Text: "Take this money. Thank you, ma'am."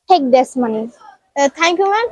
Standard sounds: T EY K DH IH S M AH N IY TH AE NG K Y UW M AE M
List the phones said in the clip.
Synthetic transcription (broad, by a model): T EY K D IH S M AH N IY T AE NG K Y UW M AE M